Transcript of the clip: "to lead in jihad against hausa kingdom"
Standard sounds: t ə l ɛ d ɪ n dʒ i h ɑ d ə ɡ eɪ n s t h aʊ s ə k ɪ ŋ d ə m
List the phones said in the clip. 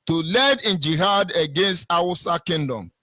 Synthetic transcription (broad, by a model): t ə l ɛ d ɪ n dʒ i h ɑ d ə ɡ eɪ n s t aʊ s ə k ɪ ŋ d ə m